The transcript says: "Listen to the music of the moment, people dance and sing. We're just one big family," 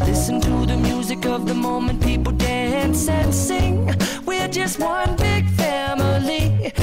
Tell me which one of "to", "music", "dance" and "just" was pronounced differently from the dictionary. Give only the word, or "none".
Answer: none